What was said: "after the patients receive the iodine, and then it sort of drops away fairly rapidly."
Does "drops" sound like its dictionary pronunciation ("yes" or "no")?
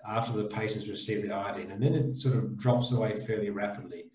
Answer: yes